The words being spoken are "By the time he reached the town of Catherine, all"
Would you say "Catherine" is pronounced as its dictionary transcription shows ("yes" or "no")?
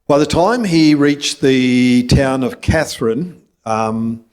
yes